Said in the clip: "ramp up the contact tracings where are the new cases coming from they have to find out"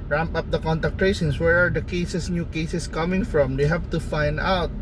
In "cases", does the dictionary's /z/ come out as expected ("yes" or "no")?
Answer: no